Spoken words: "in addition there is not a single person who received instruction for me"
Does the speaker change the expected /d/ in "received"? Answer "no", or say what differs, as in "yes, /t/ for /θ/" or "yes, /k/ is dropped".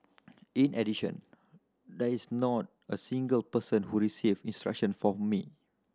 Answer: yes, /d/ is dropped